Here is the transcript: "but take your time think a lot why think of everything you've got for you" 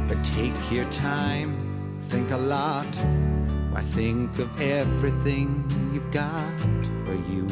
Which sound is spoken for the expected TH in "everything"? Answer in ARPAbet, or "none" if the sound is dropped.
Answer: TH